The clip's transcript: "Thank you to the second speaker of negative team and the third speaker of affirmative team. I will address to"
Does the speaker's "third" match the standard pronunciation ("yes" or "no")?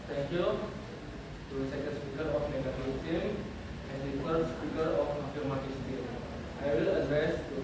no